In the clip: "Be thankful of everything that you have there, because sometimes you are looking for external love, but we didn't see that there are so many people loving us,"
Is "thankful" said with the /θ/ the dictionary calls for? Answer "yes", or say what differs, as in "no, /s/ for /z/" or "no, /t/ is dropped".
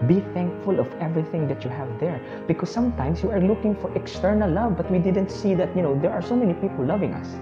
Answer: yes